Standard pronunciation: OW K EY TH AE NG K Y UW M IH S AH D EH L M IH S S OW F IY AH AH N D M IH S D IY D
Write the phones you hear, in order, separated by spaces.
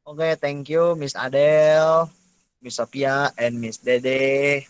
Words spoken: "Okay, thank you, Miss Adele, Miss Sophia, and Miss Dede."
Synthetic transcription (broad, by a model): OW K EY T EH NG K Y UW M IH S AH D EH L M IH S S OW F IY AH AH N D M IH S D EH D